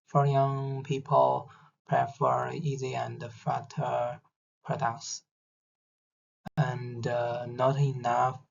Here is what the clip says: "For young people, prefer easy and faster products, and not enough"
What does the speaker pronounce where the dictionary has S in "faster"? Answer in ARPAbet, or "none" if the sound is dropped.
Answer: none